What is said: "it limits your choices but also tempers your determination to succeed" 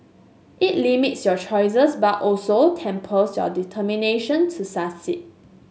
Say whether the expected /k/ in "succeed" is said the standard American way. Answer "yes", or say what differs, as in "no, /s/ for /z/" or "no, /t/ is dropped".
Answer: no, /k/ is dropped